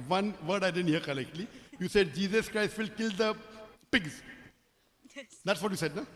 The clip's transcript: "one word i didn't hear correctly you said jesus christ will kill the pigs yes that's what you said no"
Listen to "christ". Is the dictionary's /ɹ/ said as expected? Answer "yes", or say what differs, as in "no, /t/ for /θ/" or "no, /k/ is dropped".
yes